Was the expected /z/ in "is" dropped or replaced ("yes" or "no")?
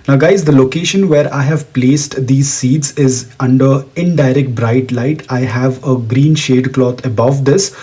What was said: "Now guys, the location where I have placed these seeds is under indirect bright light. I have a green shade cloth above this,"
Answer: no